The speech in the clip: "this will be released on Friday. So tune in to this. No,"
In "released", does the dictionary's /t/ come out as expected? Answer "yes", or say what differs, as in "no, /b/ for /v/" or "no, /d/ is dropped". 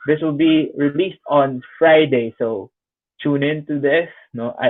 yes